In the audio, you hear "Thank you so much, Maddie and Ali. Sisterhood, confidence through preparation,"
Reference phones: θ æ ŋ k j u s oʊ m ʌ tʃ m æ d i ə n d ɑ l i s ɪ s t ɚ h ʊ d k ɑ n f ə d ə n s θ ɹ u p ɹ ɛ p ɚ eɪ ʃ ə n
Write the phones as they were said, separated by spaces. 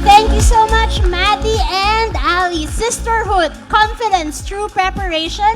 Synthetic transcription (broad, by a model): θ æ ŋ k j u s oʊ m ʌ tʃ m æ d i ə n d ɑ l i s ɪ s t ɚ h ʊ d k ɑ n f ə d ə n s t ɹ u p ɹ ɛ p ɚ eɪ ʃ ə n